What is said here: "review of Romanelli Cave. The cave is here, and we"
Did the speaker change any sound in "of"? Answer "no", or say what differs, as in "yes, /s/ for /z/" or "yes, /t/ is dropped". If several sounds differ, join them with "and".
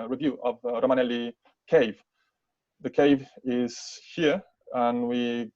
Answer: no